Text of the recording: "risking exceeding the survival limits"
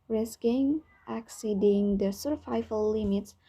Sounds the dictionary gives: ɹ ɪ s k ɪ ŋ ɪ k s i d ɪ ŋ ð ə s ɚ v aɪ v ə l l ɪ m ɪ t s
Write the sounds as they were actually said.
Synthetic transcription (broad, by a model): ɹ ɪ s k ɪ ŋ ɪ k s i d ɪ ŋ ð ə s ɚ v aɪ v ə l l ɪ m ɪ t s